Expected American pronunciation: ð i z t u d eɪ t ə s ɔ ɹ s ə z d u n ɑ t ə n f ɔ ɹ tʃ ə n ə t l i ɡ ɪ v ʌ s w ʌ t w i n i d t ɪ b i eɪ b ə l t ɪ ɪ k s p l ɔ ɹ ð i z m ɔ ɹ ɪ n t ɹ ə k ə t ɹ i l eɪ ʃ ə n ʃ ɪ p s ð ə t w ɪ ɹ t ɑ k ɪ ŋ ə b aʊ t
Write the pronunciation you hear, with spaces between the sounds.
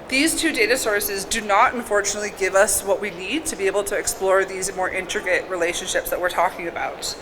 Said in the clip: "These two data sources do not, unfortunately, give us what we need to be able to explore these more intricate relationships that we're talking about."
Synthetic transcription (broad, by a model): ð i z t u d eɪ t ə s ɔ ɹ s ə z d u n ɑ t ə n f ɔ ɹ tʃ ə n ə t l i ɡ ɪ v ʌ s w ʌ t w i n i d t ɪ b i eɪ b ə l t ɪ ɪ k s p l ɔ ɹ ð i z m ɔ ɹ ɪ n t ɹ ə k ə t ɹ i l eɪ ʃ ə n ʃ ɪ p s ð ə t w ɪ ɹ t ɑ k ɪ ŋ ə b aʊ t